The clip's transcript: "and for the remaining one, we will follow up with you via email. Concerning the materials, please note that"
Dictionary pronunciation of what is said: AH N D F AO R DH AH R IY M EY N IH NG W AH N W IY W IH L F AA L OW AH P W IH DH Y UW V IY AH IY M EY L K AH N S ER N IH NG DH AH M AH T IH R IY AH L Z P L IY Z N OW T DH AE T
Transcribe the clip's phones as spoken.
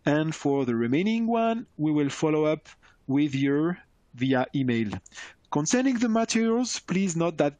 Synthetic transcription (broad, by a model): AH N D F AO R DH AH R IY M EY N IH NG W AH N W IY W IH L F AA L OW AH P W IH DH Y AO V IY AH IY M EY L K AH N S ER N IH NG DH AH M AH T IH R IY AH L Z P L IY Z N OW T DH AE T